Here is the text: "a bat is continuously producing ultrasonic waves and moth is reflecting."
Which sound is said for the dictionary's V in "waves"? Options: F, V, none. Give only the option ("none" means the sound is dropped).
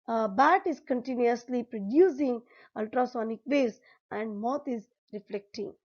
none